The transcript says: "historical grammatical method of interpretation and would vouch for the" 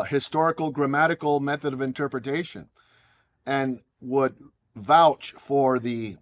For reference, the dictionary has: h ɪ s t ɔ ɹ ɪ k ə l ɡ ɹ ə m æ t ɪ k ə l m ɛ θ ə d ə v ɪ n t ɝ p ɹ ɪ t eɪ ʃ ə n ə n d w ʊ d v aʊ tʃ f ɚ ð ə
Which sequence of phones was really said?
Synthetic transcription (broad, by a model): h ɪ s t ɔ ɹ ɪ k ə l ɡ ɹ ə m æ t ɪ k l m ɛ θ ə d ə v ɪ n t ɝ p ɹ ɪ t eɪ ʃ ə n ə n w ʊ d v aʊ tʃ f ɚ ð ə